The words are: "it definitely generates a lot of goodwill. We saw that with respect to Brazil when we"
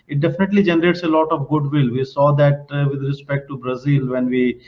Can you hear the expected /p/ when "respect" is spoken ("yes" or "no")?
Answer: yes